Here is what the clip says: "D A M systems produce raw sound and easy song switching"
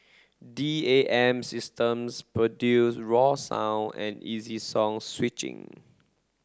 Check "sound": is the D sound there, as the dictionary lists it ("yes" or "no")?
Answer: no